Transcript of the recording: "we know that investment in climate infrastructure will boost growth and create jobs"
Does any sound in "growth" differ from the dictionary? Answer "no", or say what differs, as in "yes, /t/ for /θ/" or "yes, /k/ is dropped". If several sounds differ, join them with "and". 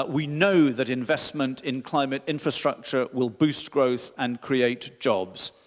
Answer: no